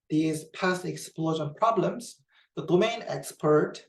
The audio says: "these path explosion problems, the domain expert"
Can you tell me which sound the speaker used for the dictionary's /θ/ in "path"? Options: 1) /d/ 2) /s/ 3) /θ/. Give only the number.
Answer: 2